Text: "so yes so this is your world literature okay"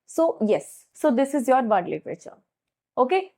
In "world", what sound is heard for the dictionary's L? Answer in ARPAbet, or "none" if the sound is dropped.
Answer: none